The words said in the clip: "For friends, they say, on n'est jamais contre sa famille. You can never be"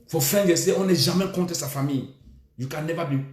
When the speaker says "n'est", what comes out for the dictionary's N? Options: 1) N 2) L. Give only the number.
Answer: 2